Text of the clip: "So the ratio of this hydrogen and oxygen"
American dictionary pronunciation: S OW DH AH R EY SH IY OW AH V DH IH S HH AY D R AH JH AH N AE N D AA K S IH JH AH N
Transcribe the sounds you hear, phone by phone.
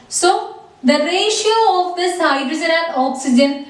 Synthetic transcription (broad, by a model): S OW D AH R EY SH IY OW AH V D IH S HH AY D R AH Z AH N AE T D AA K S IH JH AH N